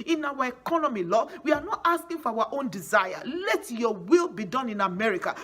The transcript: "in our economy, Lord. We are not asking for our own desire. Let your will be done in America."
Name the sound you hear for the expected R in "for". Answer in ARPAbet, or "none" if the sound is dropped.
W